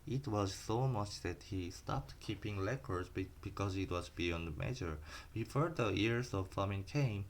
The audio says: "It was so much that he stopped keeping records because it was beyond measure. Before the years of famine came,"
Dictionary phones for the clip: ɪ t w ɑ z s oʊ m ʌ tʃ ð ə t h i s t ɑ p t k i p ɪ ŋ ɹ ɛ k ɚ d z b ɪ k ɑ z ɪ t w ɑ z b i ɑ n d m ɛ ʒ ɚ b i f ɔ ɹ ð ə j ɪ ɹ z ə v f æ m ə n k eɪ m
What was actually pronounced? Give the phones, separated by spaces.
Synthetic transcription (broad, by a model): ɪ t w ɑ z s oʊ m ʌ tʃ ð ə t h i s t ɑ p t k i p ɪ ŋ l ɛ k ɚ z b b ɪ k ɑ z ɪ t w ɑ z b i ɑ n d m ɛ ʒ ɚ b i f ɔ ɹ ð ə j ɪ ɹ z ə v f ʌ m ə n k eɪ m